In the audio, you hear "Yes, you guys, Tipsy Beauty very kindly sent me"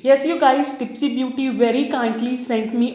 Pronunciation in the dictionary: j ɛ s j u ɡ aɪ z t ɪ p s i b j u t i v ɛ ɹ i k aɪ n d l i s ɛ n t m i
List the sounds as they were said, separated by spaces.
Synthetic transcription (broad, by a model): j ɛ s j u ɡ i s t ɪ p s i b j u t i v ɛ ɹ i k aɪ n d l i s ɛ n t m i